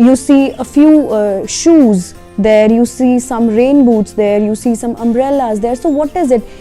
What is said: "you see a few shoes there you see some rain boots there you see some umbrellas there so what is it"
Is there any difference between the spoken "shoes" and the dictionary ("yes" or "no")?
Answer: no